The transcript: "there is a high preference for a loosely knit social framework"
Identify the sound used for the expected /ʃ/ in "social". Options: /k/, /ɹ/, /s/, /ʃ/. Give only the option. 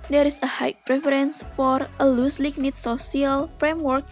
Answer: /s/